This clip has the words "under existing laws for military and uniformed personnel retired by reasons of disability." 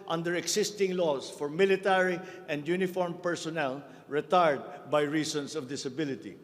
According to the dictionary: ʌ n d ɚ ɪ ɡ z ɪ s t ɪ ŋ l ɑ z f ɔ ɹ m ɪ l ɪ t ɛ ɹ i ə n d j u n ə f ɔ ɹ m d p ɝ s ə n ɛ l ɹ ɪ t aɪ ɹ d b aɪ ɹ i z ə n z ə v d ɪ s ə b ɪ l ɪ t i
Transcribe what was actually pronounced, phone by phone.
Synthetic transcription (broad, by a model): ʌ n d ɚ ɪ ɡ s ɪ s t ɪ ŋ l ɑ s f ɔ ɹ m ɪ l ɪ t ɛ ɹ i ə n d j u n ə f ɔ ɹ m p ɝ s ə n ɛ l ɹ ɪ t aɪ ɹ d b aɪ ɹ i s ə n s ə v d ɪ s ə b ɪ l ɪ t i